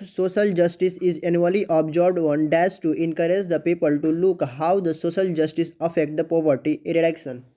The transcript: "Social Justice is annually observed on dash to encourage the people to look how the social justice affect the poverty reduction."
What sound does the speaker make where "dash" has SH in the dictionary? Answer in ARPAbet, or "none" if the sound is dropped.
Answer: S